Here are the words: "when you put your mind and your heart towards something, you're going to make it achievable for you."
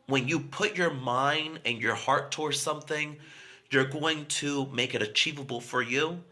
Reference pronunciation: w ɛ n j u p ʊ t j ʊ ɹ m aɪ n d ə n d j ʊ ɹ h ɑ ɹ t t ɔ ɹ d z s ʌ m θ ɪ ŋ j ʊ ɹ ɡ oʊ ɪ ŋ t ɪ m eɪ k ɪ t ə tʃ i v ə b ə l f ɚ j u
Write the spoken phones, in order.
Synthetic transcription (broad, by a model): w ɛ n j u p ʊ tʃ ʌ ɹ m aɪ n d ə n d j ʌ ɹ h ɑ ɹ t t ɔ ɹ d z s ʌ m θ ɪ ŋ j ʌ ɹ ɡ oʊ ɪ ŋ t ɪ m eɪ k ɪ t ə tʃ i v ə b l f ɚ j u